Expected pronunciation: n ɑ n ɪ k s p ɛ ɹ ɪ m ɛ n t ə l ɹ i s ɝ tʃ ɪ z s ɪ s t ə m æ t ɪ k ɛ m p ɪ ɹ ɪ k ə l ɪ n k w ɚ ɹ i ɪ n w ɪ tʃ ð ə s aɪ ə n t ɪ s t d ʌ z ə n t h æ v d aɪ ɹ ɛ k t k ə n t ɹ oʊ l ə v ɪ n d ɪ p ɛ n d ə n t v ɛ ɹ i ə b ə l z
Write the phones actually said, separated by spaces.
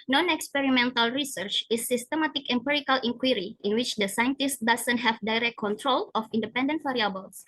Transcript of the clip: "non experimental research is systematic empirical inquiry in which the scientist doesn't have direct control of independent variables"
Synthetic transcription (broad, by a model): n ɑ n ɪ k s p ɛ ɹ ɪ m ɛ n t ə l ɹ i s ɝ tʃ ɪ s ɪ s t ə m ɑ t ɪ k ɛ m p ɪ ɹ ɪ k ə l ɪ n k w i ɹ i ɪ n w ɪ tʃ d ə s aɪ ə n t ɪ s t d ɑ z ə n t h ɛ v d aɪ ɹ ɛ k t k ə n t ɹ oʊ l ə f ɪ n d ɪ p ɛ n d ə n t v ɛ ɹ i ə b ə l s